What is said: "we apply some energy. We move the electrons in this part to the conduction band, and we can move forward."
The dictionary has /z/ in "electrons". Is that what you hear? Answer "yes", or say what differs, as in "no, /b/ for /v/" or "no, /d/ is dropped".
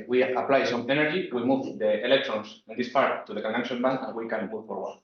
no, /s/ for /z/